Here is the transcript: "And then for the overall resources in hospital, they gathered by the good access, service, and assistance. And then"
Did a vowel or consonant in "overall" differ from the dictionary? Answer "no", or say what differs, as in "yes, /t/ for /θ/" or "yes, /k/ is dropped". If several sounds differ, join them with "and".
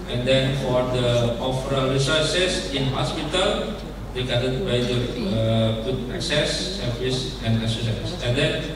yes, /f/ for /v/